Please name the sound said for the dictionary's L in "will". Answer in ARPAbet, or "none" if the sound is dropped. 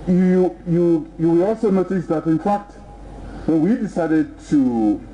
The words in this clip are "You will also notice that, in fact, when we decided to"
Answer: W